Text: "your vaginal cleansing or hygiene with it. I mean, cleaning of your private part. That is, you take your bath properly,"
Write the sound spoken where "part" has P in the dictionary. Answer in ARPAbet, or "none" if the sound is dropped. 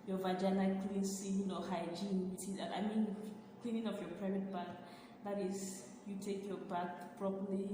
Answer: B